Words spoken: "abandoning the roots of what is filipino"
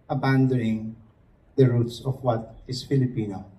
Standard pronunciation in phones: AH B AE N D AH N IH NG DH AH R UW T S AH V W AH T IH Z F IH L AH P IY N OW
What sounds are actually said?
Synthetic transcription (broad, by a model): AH B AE N D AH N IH NG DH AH R UW T S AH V W AH T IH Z F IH L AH P IY N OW